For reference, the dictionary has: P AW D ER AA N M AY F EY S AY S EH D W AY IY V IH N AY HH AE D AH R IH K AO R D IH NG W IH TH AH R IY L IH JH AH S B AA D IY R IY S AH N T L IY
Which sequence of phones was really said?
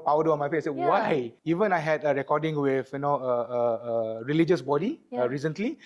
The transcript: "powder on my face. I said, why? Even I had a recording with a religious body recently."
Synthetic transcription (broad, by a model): P AW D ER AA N M AY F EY AY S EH W AY IY V IH N AY HH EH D AH R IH K AO D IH NG W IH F AH R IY L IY JH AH S B AA D IY R IY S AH N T L IY